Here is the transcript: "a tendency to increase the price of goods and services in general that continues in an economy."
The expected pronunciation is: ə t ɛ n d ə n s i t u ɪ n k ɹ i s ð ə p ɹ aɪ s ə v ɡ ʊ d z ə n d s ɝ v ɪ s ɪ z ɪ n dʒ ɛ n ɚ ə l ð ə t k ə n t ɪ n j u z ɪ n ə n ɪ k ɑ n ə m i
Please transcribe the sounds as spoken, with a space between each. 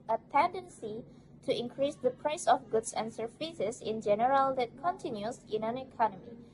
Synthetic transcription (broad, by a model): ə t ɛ n d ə n s i t u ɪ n k ɹ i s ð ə p ɹ aɪ s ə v ɡ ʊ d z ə n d s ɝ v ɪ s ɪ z ɪ n dʒ ɛ n ɚ ə l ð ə t k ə n t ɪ n j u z ɪ n ə n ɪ k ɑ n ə m i